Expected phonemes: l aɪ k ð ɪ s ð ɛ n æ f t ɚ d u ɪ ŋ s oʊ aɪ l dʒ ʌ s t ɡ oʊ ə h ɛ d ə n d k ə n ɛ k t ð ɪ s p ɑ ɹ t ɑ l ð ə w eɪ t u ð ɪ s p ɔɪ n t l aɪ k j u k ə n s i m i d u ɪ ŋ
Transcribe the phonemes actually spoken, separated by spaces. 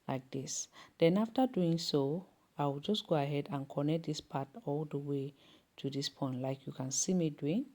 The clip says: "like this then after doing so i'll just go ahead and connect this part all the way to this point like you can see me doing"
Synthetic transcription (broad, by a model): l aɪ k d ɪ s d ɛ n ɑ f t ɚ d u ɪ ŋ s oʊ aɪ w dʒ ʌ s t ɡ oʊ ə h ɛ d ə n k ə n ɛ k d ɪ s p ɑ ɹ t ɑ l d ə w eɪ t u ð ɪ s p ɔɪ n t l aɪ k j u k ə n s i m i d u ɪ ŋ